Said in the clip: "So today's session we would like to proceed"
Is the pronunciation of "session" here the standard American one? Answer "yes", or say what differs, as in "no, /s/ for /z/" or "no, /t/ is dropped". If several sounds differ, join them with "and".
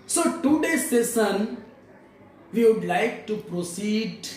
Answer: no, /s/ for /ʃ/